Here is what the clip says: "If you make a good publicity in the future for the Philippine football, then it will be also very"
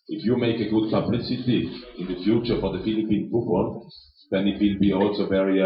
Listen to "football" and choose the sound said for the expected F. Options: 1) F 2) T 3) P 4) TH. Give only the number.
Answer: 3